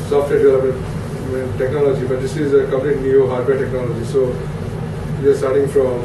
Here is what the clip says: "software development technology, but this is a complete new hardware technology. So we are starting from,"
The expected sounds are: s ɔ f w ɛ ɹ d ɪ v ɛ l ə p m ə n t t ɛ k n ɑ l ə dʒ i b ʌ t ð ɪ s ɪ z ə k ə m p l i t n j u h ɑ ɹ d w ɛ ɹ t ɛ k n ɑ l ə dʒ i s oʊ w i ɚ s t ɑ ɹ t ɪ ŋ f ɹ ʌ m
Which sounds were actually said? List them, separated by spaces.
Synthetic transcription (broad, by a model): s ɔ f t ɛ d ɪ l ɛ ə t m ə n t t ɛ k n ɑ l ə dʒ i b ʌ t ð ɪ s ɪ z ə k ə m p l i t n j u h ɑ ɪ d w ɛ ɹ t ɛ k n ɑ l ə dʒ i s oʊ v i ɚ s t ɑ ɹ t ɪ ŋ f ɹ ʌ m